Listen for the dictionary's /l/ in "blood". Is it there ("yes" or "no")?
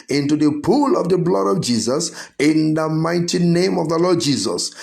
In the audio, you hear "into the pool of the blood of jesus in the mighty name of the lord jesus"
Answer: yes